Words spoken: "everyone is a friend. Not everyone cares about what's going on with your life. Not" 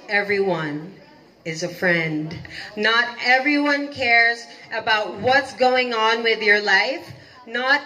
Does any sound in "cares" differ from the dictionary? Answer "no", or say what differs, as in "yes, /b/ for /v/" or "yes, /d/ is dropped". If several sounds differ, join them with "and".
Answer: no